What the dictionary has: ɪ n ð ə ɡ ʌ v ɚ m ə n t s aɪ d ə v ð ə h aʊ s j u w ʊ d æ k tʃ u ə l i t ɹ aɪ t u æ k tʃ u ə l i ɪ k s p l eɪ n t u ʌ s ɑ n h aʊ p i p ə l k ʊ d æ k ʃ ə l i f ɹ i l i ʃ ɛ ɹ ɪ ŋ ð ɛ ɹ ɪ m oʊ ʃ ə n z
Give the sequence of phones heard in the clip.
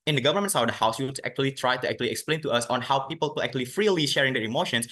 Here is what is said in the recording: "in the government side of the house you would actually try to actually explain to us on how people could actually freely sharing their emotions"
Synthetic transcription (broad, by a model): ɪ n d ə ɡ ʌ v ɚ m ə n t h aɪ ə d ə h aʊ s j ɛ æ k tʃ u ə l i t ɹ aɪ t u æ k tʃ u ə l i ɪ k s p l eɪ n t u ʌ s ɑ n h aʊ p i p ə l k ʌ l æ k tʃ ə l i f ɹ i l i ʃ ɛ ɹ ɪ ŋ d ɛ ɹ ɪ m oʊ ʃ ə n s